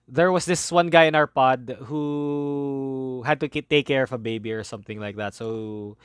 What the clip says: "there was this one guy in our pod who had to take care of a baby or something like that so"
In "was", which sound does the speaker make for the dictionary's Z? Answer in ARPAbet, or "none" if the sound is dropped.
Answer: S